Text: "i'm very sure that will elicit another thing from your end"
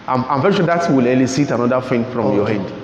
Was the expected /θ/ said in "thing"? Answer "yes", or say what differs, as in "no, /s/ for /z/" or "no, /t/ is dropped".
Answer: no, /f/ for /θ/